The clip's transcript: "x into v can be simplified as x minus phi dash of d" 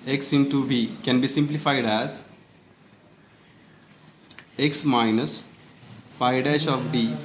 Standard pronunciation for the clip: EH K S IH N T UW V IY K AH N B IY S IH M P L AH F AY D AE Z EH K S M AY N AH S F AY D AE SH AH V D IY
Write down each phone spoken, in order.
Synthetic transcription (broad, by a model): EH K S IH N T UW B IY K AH N B IY S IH M P L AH F AY D AE Z EH K S M AY N AH S F AY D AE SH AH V D IY